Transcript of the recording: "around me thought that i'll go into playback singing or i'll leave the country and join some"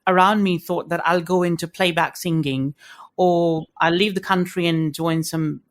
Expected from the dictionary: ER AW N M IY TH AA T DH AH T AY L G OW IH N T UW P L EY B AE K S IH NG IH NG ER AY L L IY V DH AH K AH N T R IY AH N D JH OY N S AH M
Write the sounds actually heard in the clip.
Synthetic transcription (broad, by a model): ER AW N M IY TH AA T DH AH T AY L G OW IH N T UW P L EY B AE K S IH NG IH NG ER AY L L IY V DH AH K AH N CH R IY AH N JH OY N S AH M